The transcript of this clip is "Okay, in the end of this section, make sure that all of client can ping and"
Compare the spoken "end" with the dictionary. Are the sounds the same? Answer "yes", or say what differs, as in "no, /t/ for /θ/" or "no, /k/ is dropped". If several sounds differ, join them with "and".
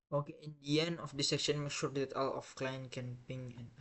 no, /d/ is dropped